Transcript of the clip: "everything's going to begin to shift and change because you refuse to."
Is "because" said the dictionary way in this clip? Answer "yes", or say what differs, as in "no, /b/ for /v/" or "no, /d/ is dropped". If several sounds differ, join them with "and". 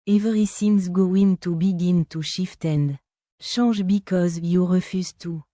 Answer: yes